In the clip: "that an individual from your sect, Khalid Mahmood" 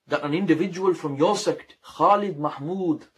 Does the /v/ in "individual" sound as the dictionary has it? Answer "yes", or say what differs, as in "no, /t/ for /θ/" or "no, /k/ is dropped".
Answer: yes